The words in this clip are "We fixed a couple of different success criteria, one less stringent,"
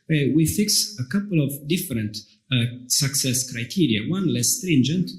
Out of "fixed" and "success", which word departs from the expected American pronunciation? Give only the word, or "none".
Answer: fixed